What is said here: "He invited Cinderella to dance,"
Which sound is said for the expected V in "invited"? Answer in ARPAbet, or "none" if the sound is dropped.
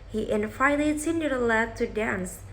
F